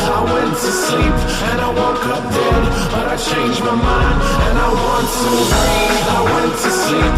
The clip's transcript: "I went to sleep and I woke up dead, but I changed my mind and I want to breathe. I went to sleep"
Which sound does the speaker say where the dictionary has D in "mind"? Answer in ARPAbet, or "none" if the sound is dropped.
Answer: D